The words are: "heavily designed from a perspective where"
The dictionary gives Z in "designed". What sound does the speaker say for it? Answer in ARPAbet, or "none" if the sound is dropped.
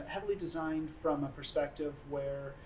Z